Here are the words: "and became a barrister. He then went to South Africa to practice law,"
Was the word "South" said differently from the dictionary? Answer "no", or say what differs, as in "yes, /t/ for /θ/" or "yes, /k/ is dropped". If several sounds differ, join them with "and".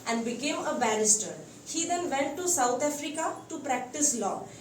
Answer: yes, /t/ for /θ/